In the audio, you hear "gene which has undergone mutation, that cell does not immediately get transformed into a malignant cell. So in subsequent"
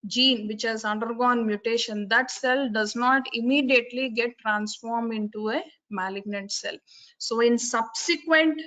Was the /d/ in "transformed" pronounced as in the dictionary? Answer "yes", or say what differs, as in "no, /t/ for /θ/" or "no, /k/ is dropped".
yes